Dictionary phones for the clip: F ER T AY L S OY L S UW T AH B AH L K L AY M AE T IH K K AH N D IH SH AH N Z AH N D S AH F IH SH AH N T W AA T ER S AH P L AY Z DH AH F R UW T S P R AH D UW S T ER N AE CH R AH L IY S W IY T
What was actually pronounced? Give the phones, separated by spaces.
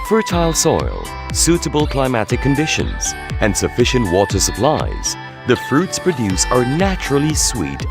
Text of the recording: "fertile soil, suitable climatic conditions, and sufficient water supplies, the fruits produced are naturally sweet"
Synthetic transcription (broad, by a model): F ER T AY L S OY L S UW T AH B AH L K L AY M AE T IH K K AH N D IH SH AH N Z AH N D S AH F IH SH AH N T W AA T ER S AH P L AY Z DH AH F R UW T S P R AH D UW S ER N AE CH R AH L IY S W IY T